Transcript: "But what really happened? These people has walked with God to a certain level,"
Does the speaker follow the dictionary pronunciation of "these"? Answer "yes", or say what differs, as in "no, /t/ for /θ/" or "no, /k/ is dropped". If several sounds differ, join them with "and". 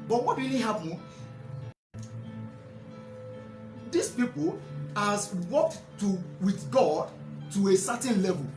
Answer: no, /s/ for /z/